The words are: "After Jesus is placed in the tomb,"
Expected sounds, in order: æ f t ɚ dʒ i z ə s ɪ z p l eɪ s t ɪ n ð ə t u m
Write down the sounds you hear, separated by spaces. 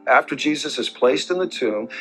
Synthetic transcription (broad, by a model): æ f t ɚ dʒ i z ə s ɪ z p l eɪ s t ɪ n ð ə t u m